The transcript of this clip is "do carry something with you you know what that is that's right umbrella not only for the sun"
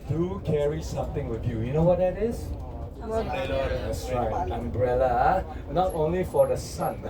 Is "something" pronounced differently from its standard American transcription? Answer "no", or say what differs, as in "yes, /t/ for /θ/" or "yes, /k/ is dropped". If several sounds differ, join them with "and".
yes, /t/ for /θ/